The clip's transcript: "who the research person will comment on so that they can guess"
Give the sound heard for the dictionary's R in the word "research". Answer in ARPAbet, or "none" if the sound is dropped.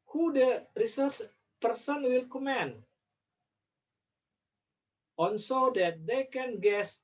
R